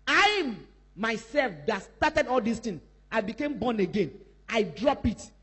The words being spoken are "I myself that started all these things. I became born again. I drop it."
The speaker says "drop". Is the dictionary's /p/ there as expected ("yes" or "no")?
yes